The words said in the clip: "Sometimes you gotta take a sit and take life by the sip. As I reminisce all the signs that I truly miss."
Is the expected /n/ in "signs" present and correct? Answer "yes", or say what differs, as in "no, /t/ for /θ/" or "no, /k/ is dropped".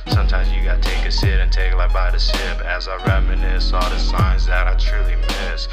yes